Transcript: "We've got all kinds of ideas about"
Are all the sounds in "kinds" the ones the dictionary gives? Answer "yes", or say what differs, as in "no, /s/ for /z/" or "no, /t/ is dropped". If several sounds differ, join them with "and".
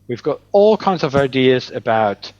yes